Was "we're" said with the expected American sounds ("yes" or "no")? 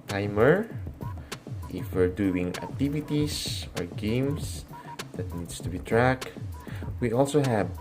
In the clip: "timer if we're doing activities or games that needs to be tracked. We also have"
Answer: yes